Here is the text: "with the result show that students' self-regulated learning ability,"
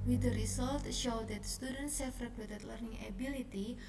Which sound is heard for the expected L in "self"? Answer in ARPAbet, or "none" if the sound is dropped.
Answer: none